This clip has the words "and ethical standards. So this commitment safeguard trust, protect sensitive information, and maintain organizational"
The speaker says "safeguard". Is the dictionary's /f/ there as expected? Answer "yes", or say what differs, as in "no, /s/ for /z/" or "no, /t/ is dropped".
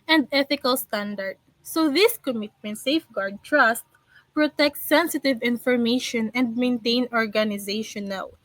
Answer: yes